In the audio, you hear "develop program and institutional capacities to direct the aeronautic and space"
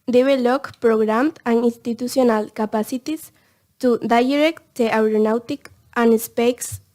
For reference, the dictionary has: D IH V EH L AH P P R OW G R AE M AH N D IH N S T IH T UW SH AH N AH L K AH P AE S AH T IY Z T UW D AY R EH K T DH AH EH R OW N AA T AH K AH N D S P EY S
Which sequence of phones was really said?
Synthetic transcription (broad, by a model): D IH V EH L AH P P R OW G R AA M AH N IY N S T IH T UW S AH N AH L K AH P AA S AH T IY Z T UW D AY R EH K T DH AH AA R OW N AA T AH K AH N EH S P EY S